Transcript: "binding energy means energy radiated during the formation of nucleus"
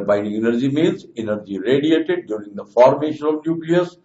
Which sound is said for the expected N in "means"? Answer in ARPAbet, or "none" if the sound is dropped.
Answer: L